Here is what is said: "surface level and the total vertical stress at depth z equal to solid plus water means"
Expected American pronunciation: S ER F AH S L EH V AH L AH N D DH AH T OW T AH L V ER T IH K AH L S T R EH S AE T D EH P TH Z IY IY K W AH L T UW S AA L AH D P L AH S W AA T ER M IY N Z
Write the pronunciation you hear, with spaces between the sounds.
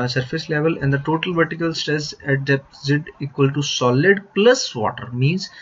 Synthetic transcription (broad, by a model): S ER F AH S L EH V AH L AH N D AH T OW T AH L V ER T IH K AH L S T EH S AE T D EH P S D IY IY K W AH L T UW S AA L AH D P L AH S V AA T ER M IY N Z